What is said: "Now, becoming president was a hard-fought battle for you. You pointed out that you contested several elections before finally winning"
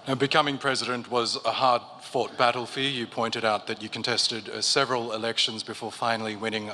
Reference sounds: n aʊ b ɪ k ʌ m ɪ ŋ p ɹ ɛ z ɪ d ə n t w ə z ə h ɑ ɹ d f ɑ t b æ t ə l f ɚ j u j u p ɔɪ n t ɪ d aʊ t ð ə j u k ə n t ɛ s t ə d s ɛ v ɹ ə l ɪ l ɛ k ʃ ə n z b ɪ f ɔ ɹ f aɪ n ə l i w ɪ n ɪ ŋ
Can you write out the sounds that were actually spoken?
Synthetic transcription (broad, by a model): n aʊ b ɪ k ʌ m ɪ ŋ p ɹ ɛ z ɪ d ə n t w ə z ə h ɑ ɹ d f ɑ t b æ t l f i j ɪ p ɔɪ n t ɪ d aʊ t ð ə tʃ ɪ k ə n t ɛ s t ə d s ɛ v ɹ ə l ɪ l ɛ k ʃ ə n z b ɪ f ɔ ɹ f aɪ n l i w ɪ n ɪ ŋ